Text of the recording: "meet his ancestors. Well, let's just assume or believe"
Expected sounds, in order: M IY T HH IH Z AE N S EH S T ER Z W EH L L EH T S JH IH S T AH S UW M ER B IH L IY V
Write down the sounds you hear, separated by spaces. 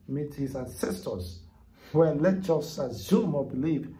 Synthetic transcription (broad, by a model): M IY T HH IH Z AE N S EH S T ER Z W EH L L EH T JH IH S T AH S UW M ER B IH L IY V